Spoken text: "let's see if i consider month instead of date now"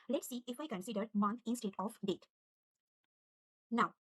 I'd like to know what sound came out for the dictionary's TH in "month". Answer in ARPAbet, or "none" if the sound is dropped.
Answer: T